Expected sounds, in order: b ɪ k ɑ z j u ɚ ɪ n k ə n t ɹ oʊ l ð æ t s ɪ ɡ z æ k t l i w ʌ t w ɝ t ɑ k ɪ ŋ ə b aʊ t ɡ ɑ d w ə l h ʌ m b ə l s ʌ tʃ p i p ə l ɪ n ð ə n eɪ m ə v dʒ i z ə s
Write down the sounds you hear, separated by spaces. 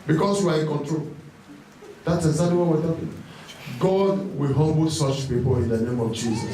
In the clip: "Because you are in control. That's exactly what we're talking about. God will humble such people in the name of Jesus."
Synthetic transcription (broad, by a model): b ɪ k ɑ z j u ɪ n k ə n t ɹ oʊ l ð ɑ t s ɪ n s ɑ t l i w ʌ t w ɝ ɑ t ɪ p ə ɡ ɑ d w ə l h ʌ m b ə l s ʌ tʃ p i p ə l ɪ n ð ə n eɪ m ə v dʒ i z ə s